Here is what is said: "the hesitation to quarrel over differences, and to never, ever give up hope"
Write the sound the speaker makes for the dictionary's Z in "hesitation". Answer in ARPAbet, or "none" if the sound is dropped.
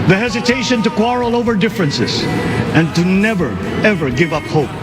Z